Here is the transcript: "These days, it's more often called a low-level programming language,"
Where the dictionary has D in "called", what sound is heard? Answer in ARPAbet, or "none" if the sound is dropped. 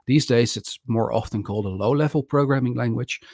D